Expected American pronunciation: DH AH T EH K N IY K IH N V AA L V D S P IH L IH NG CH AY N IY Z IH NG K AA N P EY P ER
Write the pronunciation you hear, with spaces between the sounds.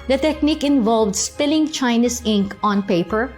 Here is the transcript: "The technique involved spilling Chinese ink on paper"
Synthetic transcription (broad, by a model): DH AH T EH K N IY K IH N V AA L V D S P IH L IH NG CH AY N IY S IH NG K AA N P EY P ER